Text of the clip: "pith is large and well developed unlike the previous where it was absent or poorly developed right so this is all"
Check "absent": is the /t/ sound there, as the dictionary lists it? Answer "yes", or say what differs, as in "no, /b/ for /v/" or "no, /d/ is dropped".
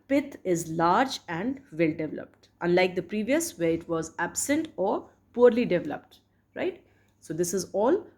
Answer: yes